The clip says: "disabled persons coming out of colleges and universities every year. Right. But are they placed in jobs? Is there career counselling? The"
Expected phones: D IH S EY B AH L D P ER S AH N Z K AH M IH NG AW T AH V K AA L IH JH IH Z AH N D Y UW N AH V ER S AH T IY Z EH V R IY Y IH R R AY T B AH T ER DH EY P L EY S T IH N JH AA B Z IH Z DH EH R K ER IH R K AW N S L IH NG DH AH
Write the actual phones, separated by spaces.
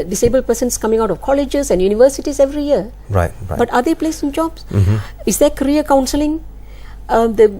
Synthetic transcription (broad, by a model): D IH S EY B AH L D P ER S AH N S K AH M IH NG AW T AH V K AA L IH JH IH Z AH N D Y UW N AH V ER S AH T IY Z EH V R IY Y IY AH R AY T B AH T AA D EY P L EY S IH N JH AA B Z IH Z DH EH K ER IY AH K AW N S L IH NG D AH